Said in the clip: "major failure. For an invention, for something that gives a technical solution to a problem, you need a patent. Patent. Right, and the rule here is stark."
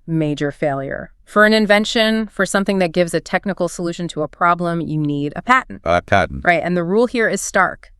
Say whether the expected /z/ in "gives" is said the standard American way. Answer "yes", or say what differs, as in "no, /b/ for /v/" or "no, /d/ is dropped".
yes